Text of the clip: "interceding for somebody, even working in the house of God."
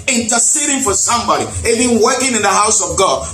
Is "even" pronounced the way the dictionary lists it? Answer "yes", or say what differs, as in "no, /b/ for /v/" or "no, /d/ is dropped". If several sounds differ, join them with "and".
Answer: no, /b/ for /v/